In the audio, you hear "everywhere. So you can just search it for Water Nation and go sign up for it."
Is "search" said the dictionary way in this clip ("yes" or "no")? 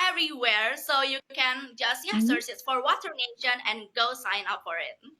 no